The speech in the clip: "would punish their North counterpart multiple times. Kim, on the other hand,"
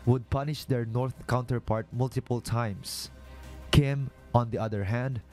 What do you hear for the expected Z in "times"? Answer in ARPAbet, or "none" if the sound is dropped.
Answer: S